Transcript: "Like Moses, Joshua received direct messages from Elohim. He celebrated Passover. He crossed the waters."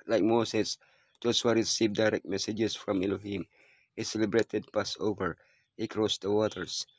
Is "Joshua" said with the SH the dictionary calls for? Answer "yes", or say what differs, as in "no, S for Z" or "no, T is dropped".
no, S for SH